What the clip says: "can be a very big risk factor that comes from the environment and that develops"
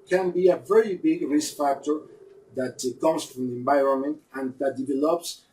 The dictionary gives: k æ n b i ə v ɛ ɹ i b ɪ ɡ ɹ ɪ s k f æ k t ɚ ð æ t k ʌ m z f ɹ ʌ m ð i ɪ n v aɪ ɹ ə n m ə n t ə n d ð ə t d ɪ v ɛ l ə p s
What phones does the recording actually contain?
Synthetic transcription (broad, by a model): k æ n b i ə v ɛ ɹ i b ɪ ɡ ɹ ɪ s k f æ k t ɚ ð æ t k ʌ m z f ɹ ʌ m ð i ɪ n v aɪ ɹ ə n m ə n t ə n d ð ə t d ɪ v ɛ l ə p s